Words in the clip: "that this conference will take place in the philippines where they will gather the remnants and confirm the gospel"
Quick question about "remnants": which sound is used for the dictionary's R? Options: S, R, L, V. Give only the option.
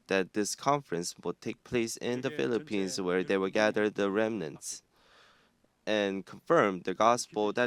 R